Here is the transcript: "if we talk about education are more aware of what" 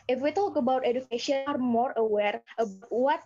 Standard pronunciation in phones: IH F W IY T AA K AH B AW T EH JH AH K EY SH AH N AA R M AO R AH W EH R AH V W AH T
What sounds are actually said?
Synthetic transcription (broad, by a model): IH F W IY T AA K AH B AW T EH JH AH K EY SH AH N AA R M AO R AH W EH R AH B W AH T